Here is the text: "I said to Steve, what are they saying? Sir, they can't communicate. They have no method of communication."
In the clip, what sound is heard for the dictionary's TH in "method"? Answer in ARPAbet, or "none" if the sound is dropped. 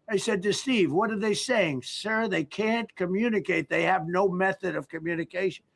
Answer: TH